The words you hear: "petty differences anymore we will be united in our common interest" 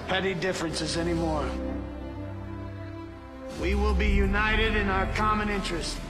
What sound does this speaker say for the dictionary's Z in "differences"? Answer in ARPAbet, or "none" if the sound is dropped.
Z